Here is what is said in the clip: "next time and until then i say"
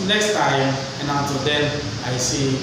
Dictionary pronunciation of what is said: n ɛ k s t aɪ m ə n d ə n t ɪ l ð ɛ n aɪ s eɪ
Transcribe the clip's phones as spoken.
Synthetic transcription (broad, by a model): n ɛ k s t aɪ m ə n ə t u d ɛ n aɪ s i